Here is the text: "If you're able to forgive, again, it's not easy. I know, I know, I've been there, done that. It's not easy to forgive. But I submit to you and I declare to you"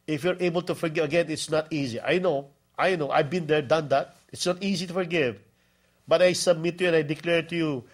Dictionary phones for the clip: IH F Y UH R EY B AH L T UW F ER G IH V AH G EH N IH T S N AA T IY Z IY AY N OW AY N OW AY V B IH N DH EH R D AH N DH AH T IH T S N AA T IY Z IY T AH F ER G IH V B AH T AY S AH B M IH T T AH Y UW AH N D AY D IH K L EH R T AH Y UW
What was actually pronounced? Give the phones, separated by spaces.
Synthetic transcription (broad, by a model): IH F Y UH R EY B AH L T UW F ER G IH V AH G EH N IH T S N AA T IY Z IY AY N OW AY N OW AY V B IH N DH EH R D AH N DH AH T IH T S N AA T IY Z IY T AH F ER G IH V B AH T AY S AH B M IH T T Y UW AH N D AY D IH K L EH R T AH Y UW